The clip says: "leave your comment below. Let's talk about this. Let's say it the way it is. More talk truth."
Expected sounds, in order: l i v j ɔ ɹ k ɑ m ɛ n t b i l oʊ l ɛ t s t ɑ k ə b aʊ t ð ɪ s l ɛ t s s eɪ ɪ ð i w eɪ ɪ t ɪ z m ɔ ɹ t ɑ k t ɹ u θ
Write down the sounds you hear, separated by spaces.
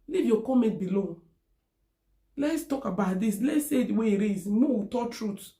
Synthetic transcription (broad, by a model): l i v j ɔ k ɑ m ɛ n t b i l oʊ l ɛ t s t ɑ k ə b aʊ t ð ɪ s l ɛ t s s eɪ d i w eɪ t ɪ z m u w t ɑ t ɹ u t